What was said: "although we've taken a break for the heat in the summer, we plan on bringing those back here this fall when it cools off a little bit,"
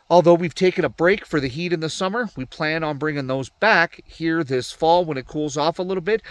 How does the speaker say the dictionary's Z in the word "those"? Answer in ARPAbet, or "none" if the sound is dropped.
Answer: Z